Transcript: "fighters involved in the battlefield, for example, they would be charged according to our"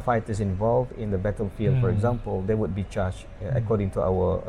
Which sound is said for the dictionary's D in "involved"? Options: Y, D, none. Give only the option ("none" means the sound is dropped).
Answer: D